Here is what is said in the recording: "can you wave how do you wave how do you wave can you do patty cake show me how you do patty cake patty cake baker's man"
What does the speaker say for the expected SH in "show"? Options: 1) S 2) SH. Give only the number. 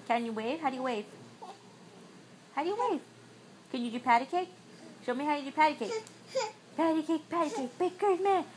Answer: 2